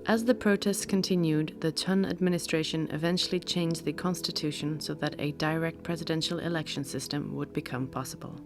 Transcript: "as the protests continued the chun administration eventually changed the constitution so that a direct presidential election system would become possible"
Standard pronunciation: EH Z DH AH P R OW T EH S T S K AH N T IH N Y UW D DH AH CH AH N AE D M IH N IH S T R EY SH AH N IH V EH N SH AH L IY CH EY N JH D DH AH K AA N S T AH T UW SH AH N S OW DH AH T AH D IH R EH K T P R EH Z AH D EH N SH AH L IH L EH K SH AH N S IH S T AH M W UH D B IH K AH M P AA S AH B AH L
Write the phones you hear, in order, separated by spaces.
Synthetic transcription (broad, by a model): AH Z DH AH P R OW T EH S T S K AH N T IH N Y UW D DH AH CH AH N AE D M IH N IH S T R EY SH AH N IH V EH N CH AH L IY CH EY N JH DH AH K AA N S T AH T UW SH AH N S OW DH AH T AH D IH R EH K T P R EH Z AH D EH N SH AH L IH L EH K SH AH N S IH S T AH M W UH D B IH K AH M P AA S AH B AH L